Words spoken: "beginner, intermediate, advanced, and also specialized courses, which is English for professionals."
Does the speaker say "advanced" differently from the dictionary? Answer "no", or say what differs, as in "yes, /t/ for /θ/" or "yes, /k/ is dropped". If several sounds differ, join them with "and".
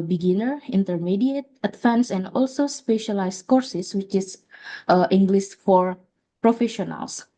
yes, /t/ is dropped